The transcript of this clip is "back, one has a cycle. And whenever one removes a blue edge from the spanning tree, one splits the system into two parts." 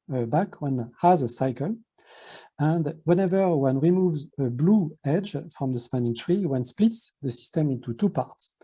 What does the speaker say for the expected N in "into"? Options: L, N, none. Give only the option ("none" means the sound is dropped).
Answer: N